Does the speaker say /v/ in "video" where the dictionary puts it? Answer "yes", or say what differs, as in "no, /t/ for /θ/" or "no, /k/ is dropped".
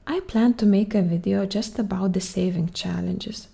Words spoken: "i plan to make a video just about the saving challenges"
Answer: yes